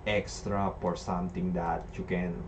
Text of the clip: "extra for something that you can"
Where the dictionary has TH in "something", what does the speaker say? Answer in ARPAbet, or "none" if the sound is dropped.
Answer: T